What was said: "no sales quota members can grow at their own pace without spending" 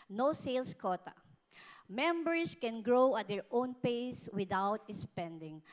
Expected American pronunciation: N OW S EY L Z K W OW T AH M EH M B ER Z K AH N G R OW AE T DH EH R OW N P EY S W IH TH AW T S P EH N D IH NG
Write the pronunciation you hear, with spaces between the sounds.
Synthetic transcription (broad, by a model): N OW S EY L S K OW T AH M EH M B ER S K AH N G R OW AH T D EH R OW N P EY S W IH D AW T S P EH N D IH NG